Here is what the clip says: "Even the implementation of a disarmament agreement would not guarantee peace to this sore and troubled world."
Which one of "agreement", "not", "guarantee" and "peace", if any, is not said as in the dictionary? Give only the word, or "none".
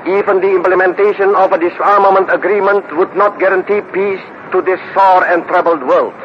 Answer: none